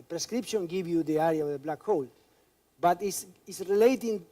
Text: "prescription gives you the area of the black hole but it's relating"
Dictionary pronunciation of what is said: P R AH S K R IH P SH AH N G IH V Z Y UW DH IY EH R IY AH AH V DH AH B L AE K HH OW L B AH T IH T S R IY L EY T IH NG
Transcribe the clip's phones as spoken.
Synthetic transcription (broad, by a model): P R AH S K R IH P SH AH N G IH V Y UW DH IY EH R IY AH AH V DH AH B L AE K HH OW L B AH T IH S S R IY L EY T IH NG